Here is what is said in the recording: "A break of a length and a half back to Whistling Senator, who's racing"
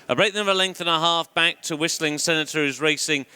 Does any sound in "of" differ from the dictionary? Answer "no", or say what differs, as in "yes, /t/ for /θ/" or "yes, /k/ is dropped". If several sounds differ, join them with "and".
yes, /b/ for /v/